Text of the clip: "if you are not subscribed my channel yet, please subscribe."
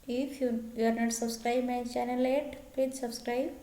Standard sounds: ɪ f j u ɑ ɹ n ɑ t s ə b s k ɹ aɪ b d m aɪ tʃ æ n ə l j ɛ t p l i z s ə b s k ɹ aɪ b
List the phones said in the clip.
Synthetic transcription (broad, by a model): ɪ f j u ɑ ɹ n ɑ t s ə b s k ɹ aɪ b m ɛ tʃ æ n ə l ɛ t p ɛ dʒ s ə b s k ɹ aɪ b